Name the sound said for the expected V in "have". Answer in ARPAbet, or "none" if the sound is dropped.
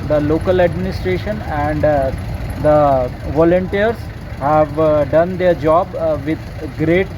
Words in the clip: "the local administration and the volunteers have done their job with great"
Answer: V